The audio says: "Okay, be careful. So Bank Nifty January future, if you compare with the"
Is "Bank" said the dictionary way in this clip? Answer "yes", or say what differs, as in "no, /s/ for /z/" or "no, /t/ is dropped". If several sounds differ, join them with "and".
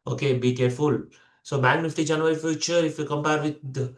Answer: no, /ŋ/ is dropped